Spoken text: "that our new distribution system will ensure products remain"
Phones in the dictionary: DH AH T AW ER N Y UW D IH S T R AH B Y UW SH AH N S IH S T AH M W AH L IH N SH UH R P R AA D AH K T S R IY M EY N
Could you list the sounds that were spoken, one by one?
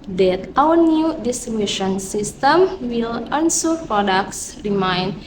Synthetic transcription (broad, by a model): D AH T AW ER N Y UW D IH S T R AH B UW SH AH N S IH S T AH M W AH L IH N S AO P R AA D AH K S S R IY M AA N